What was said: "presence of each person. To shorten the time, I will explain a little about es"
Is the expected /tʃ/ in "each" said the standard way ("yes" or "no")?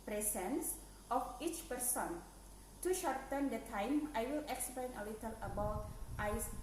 yes